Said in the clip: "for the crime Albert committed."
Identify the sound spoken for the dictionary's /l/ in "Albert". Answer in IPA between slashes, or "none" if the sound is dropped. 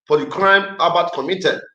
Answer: none